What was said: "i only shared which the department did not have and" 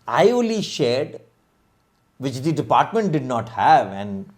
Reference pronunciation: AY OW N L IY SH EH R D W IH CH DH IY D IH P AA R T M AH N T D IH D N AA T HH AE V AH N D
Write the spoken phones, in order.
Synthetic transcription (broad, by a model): AY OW L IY SH EH R D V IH CH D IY D IH P AA R T M AH N T D IH D N AA T HH AE V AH N D